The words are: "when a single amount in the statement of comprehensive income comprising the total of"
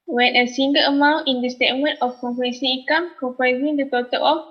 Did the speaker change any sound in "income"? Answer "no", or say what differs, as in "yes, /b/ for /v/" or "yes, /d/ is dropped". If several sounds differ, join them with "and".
yes, /n/ is dropped